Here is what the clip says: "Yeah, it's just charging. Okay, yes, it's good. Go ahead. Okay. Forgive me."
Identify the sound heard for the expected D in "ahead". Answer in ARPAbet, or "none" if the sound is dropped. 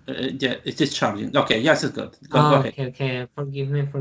none